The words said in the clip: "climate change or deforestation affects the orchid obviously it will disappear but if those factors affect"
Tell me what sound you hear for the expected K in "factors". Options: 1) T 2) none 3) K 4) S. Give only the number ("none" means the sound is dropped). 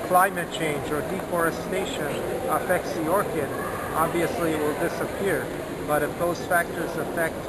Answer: 3